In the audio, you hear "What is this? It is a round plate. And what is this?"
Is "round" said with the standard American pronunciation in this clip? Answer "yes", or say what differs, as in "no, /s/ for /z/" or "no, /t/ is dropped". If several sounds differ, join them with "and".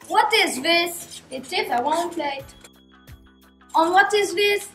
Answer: no, /w/ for /ɹ/